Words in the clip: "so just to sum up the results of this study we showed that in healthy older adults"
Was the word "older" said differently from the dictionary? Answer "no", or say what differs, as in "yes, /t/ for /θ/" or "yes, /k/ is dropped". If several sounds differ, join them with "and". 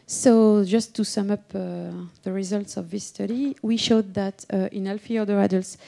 yes, /l/ is dropped